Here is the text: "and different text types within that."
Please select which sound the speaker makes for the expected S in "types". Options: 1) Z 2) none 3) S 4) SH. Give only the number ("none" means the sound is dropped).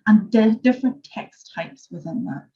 3